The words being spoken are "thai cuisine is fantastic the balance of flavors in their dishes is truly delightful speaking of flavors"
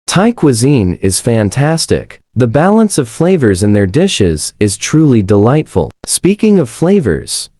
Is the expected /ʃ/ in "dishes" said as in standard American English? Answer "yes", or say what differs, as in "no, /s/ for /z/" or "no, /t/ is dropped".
yes